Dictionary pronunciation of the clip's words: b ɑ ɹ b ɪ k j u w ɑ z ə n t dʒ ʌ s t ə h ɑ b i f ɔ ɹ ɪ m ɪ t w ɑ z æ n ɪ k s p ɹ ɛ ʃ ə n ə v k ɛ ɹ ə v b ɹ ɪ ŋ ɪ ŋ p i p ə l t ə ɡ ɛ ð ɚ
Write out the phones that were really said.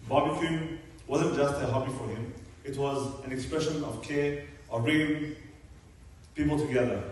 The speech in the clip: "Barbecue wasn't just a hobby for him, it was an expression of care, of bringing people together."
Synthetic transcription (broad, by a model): b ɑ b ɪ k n w ɑ z ə n t dʒ ʌ s t ə h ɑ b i f ɔ ɹ ɪ m ɪ t w ɑ z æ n ɪ k s p ɹ ɛ ʃ ə n ə v k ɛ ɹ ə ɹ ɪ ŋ p i p ə l t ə ɡ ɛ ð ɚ